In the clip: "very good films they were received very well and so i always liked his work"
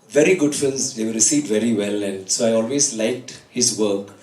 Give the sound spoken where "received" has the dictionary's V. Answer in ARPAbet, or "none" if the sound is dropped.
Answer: none